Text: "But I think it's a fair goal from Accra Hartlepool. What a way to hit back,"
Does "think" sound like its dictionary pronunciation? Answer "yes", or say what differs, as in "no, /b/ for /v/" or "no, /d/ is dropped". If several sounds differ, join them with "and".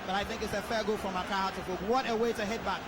yes